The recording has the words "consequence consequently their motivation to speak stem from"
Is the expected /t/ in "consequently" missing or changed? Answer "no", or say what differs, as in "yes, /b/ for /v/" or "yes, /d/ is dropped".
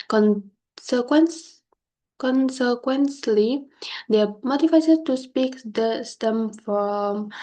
yes, /s/ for /t/